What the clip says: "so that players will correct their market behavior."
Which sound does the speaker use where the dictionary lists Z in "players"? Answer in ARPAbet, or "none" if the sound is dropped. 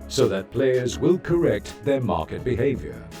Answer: Z